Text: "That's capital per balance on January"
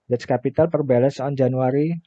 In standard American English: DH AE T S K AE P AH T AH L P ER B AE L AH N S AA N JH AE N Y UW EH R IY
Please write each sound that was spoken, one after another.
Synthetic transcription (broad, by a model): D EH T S K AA P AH T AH L P ER B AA L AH S AA N JH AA N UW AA R IY